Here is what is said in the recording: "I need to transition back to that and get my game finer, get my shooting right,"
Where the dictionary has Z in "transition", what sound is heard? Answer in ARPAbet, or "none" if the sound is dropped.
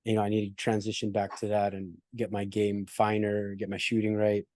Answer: Z